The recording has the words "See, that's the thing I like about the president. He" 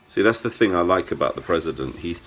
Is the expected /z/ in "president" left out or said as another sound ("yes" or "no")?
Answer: no